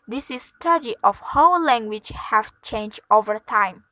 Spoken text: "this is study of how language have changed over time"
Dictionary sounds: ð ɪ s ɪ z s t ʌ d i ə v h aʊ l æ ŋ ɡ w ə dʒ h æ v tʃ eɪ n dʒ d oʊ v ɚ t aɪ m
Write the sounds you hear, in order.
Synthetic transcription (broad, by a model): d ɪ s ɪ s t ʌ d i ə f h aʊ l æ ŋ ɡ w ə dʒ h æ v tʃ eɪ n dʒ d oʊ v ɚ t aɪ m